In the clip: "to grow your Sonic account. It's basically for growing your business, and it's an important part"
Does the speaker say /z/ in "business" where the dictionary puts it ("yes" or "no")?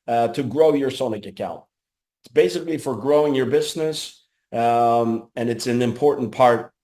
yes